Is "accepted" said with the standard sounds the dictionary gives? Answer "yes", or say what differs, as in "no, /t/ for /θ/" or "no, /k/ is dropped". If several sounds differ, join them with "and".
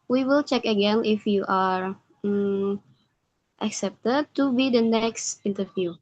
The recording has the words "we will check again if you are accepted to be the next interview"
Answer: yes